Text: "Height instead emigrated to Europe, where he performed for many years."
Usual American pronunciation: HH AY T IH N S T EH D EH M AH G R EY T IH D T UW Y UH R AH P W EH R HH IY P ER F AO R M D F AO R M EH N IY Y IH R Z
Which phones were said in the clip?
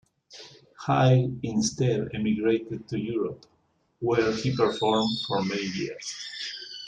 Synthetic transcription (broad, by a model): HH AY IH N S T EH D EH M AH G R EY T IH D T UW Y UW R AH P W EH R HH IY P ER F AO R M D F AO R M EH N IY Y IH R S